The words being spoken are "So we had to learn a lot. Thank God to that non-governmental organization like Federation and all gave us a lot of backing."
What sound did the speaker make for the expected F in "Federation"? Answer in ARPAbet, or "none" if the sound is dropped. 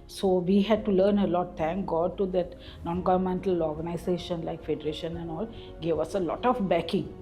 F